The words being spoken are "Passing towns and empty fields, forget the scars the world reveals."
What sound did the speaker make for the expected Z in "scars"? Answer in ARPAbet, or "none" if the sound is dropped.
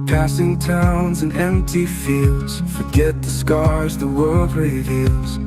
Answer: Z